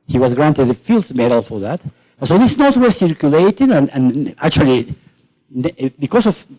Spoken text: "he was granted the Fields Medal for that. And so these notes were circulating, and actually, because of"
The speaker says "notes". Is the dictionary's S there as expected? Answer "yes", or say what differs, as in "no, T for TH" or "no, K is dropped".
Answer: no, S is dropped